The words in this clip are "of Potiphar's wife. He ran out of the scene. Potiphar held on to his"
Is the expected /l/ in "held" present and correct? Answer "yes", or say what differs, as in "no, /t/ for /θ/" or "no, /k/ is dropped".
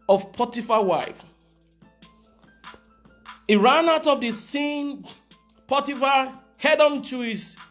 no, /l/ is dropped